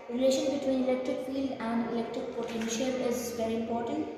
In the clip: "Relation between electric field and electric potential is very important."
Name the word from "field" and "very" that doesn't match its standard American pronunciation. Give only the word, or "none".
none